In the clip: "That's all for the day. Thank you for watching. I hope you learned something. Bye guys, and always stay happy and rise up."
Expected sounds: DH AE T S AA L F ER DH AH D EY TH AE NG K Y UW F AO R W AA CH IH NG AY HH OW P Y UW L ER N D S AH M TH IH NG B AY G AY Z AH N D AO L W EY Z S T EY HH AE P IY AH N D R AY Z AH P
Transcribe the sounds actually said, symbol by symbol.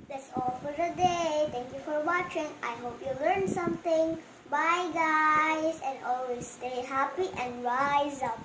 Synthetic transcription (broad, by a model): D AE T S AA L F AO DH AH D EY T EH NG K Y UW F AO R W AA CH IH NG AY HH OW P Y UW L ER N S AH M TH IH NG B AY G AY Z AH N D AO L W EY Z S T EY HH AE P IY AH N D R AY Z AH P